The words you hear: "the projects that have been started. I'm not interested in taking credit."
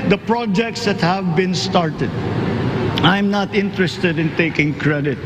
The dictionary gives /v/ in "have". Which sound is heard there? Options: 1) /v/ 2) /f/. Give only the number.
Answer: 1